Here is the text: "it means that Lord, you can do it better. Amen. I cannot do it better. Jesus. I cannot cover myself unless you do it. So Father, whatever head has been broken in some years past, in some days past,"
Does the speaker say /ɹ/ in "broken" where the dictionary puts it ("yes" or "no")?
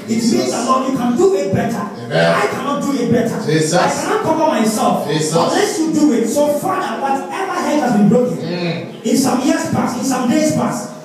yes